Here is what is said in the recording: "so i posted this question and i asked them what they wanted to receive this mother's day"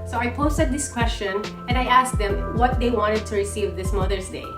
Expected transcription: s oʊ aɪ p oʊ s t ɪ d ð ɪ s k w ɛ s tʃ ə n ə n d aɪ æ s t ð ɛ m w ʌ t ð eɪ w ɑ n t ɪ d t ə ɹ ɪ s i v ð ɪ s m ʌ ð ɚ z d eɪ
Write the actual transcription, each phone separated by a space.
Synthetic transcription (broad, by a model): s oʊ aɪ p oʊ s t ɪ d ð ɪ s k w ɛ s tʃ ə n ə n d aɪ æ s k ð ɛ m w ʌ t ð eɪ w ɑ n t ɪ d t ə ɹ ɪ s i v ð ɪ s m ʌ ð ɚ s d eɪ